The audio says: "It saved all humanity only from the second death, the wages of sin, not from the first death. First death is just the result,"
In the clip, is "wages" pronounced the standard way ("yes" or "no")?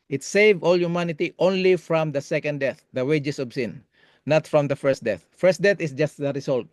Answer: no